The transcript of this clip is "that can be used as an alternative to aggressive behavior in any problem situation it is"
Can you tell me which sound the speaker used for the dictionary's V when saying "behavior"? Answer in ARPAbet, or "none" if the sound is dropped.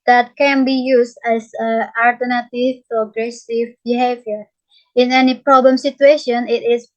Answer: V